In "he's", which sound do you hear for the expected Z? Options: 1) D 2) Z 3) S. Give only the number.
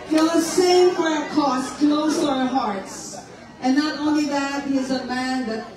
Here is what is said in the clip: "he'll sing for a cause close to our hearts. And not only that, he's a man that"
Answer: 2